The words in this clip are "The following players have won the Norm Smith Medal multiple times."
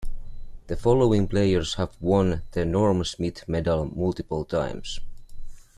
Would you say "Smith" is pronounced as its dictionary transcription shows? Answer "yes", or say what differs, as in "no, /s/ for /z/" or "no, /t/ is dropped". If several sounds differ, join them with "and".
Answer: no, /t/ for /θ/